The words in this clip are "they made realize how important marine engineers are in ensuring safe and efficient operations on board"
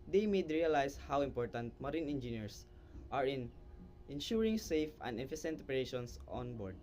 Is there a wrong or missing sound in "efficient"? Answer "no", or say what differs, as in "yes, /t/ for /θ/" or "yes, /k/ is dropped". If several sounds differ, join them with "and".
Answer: yes, /s/ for /ʃ/